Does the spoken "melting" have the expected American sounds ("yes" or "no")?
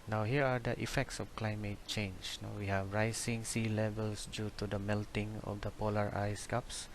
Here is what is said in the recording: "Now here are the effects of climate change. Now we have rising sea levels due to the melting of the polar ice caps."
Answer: yes